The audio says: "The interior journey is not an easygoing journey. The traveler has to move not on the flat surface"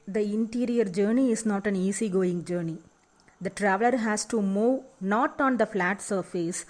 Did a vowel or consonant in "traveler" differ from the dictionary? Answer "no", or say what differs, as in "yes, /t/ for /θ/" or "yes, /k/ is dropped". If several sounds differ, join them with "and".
no